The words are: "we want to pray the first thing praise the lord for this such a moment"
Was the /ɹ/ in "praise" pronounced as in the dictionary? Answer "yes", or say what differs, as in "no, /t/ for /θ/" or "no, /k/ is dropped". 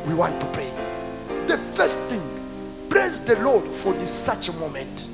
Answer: no, /l/ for /ɹ/